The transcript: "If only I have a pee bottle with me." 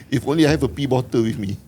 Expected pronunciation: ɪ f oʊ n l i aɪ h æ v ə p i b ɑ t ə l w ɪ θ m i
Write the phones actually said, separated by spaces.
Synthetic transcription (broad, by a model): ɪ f oʊ n l i aɪ h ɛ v ə p i b ɑ t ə w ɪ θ m i